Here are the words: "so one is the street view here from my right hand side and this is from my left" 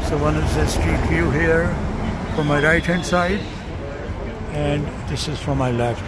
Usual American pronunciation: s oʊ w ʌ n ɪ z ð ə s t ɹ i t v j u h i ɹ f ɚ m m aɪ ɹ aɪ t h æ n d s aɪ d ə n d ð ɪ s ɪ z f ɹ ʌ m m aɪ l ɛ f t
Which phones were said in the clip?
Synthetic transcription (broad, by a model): s oʊ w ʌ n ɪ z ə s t i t j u h i ɹ f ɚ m m aɪ ɹ aɪ t h æ n d s aɪ d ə n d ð ɪ s ɪ z f ɹ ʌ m m aɪ l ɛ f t